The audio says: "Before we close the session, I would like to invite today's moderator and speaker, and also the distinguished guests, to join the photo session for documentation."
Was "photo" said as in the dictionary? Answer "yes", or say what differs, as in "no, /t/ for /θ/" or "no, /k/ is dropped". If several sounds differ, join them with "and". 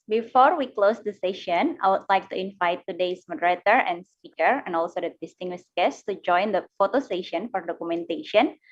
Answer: yes